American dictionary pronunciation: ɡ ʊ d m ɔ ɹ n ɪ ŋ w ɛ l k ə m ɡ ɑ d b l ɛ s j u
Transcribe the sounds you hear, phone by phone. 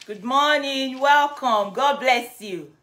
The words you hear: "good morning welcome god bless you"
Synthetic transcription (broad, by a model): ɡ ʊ d m ɔ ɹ n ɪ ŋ w ɛ l k ə m ɡ ɑ d b l ɛ s j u